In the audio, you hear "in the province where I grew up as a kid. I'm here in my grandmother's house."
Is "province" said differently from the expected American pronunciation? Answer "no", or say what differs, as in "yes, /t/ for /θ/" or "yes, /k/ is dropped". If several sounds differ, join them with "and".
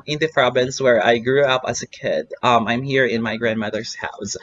yes, /b/ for /v/